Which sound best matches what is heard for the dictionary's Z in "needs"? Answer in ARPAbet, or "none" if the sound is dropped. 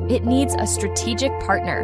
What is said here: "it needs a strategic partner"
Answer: Z